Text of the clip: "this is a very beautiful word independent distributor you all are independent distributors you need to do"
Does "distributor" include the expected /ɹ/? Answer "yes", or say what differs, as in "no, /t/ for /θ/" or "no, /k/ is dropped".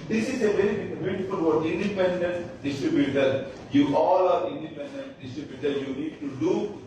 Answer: yes